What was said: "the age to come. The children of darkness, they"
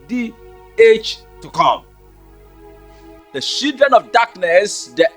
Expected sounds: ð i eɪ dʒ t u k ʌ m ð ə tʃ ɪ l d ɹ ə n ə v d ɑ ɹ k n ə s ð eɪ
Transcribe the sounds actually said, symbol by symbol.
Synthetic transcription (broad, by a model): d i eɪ tʃ t u k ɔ m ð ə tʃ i l d ɹ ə n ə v d ɑ k n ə s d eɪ